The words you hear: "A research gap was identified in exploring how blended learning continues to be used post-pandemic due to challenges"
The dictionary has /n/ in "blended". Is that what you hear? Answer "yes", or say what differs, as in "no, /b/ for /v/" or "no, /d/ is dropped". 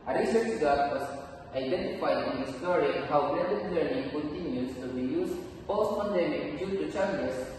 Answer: no, /n/ is dropped